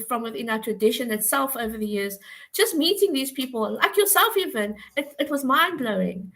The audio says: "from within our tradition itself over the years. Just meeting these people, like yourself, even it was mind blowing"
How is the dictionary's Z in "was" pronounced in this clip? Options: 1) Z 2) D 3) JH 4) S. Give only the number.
1